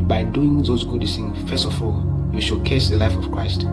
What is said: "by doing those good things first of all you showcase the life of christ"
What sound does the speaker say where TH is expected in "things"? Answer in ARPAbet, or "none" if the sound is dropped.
S